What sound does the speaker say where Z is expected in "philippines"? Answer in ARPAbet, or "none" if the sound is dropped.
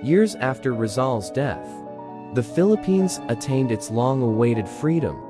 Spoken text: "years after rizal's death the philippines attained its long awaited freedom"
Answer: Z